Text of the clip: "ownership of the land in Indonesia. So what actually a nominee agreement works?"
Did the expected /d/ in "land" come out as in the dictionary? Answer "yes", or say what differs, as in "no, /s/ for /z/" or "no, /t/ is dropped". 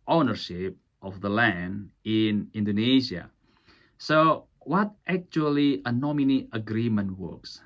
yes